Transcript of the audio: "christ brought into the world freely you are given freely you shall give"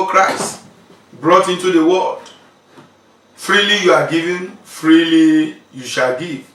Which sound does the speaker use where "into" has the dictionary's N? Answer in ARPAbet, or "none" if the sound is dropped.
N